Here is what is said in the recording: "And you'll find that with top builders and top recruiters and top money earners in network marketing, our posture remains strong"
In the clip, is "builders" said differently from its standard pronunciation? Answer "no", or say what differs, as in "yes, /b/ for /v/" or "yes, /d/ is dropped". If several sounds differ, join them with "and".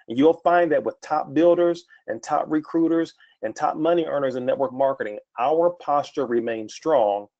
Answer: no